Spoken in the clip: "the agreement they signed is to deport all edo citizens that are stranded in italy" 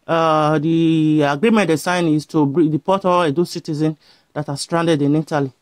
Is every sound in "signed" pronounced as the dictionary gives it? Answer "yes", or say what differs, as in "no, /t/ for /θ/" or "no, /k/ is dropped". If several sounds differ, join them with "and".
no, /d/ is dropped